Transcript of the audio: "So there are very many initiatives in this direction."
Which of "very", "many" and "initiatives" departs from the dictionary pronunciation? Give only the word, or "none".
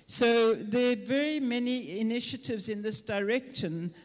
none